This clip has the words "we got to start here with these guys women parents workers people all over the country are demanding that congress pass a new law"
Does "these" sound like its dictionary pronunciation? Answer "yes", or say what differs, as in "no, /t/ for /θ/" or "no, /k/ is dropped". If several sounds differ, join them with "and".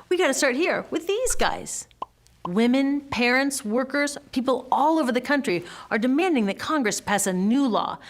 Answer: yes